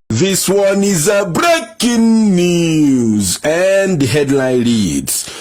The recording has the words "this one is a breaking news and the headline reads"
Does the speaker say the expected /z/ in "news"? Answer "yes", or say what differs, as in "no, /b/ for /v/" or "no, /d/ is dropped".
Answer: yes